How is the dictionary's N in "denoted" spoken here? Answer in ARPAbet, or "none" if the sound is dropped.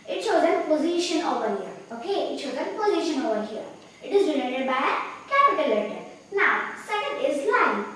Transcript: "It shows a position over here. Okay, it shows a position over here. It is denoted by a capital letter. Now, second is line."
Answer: L